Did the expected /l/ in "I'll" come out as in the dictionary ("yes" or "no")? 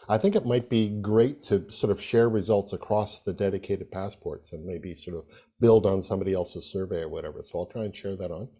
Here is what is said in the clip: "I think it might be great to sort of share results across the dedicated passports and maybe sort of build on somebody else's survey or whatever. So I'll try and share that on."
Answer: yes